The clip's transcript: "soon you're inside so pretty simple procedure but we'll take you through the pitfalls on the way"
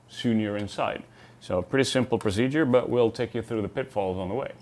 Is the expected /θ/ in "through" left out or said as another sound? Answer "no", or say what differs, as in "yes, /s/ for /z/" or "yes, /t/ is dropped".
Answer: no